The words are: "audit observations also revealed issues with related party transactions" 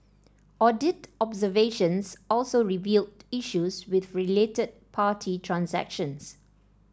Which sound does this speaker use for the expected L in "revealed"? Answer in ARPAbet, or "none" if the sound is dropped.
L